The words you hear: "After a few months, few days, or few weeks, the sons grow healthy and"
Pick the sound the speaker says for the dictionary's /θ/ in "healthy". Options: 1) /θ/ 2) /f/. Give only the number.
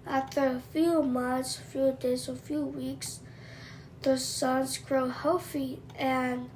2